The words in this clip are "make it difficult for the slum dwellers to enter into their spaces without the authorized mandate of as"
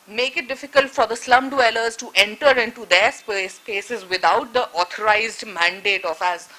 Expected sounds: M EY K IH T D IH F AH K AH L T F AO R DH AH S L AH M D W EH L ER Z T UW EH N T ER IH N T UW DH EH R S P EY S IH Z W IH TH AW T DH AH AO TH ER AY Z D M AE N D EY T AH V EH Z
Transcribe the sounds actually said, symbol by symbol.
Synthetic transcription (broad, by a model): M EY K IH T D IH F AH K AH L T F AO R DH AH S L AH M D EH L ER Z T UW EH N T ER IH N T UW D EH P S P EY S IH Z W IH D AW T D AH AO T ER AY Z D M AE N D EY T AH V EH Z